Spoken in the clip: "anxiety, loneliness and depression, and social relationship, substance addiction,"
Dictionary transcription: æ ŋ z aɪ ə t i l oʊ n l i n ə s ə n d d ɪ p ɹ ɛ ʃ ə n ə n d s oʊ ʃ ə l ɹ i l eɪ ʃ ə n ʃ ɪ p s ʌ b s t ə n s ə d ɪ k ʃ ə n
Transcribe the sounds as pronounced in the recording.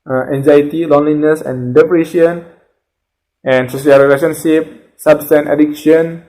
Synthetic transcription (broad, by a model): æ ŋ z aɪ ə t i l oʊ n l i n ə s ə n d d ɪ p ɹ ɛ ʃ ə n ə n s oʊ s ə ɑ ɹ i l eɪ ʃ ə n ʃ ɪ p s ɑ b s t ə n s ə d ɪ k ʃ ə n